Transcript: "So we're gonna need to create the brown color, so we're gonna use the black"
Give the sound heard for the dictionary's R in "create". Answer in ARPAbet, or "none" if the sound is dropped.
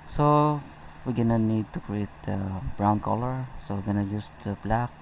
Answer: R